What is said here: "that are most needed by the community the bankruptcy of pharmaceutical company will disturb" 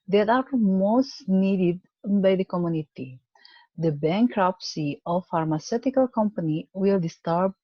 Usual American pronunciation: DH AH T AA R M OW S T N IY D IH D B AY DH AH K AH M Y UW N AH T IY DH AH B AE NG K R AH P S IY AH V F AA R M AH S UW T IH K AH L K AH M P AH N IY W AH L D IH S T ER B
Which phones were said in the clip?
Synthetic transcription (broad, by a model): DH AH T AA R M OW S T N IY D IH D B AY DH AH K AH M Y UW N AH T IY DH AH B AE NG K R AH P S IY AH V F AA R M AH S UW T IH K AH L K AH M P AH N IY W AH L D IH S T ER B